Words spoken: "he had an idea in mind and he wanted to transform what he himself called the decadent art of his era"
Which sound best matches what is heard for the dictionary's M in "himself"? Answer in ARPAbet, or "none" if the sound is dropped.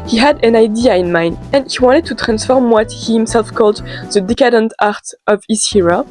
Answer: M